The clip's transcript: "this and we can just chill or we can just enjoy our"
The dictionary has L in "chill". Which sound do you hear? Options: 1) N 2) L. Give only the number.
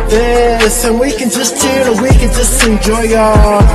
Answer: 1